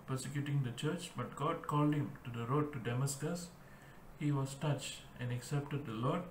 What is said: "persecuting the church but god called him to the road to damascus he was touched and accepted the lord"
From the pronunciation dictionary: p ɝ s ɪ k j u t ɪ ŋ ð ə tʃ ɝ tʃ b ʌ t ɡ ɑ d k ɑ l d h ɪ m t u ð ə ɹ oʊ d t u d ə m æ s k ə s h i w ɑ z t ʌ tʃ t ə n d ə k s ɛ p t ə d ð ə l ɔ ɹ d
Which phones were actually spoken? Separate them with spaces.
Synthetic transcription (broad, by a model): p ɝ s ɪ k j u t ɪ ŋ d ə tʃ ɝ tʃ b ʌ t ɡ ɑ d k ɑ l d h ɪ m t u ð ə ɹ oʊ d t u d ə m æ s k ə s h i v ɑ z t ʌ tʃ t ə n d ə k s ɛ p t ə d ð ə l ɔ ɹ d